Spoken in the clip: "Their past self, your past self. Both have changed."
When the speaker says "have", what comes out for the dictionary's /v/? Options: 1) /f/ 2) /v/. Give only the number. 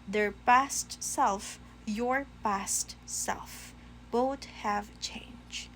2